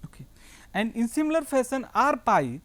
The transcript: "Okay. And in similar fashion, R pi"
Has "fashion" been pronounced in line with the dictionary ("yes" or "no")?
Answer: no